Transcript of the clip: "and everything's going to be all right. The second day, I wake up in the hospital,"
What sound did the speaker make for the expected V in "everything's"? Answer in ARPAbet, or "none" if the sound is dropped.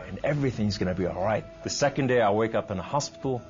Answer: V